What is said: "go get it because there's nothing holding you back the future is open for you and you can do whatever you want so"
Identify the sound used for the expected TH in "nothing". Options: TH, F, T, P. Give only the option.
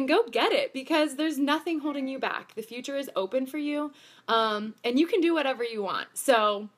TH